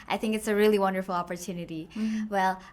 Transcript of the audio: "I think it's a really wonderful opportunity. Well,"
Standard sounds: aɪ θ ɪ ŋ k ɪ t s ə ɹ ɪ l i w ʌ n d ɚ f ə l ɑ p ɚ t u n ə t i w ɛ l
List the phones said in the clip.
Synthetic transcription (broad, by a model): aɪ θ ɪ ŋ k ɪ t s ə ɹ ɪ l i w ʌ n d ɚ f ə l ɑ p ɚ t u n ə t i w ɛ l